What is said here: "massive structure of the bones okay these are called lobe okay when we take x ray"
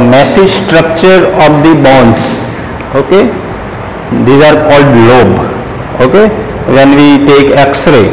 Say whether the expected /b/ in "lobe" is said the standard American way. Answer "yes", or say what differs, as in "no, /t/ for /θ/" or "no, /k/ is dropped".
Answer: yes